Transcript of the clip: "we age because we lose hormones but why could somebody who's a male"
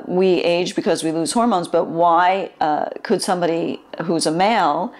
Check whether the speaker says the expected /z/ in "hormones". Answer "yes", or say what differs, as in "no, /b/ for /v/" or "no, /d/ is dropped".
yes